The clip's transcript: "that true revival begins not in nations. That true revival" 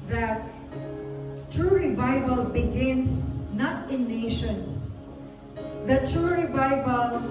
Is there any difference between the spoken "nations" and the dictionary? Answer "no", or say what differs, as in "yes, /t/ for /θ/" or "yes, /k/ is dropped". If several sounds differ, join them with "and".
yes, /s/ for /z/